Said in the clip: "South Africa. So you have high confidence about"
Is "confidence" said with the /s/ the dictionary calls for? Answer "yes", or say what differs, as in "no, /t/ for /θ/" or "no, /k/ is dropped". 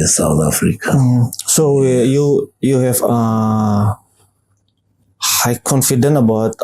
no, /s/ is dropped